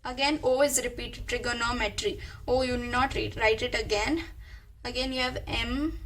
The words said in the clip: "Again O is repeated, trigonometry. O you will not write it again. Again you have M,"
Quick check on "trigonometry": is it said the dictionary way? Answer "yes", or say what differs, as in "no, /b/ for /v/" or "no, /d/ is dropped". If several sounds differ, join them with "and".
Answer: yes